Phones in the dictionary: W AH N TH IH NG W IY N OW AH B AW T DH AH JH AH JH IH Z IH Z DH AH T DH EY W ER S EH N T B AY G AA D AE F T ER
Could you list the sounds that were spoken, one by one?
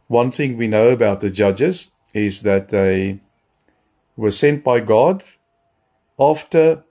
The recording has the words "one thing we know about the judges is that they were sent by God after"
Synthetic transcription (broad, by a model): W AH N TH IH NG W IY N OW AH B AW T DH AH JH AH JH IH Z IH Z DH AH T DH EY W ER S EH N T B AY G AA D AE F T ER